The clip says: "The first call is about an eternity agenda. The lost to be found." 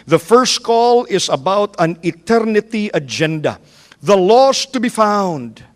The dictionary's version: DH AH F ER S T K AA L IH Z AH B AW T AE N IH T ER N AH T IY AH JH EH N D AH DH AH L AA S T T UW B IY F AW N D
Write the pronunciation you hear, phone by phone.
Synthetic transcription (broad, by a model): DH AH F ER S T K AA L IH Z AH B AW T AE N IH T ER N AH T IY AH JH EH N D AH DH AH L AA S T T UW B IY F AW N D